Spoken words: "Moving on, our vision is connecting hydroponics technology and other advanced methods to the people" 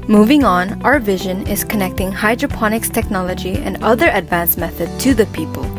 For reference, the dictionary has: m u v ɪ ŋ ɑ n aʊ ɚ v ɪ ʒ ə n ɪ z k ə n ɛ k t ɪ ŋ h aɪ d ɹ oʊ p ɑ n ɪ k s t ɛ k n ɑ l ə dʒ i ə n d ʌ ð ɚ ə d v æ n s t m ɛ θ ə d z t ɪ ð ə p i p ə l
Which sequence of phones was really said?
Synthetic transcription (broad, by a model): m u v ɪ ŋ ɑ n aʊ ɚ v ɪ ʒ ə n ɪ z k ə n ɛ k t ɪ ŋ h aɪ d ɹ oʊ p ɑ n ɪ k s t ɛ k n ɑ l ə dʒ i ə n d ʌ ð ɚ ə d v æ n s m ɛ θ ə d t ɪ ð ə p i p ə l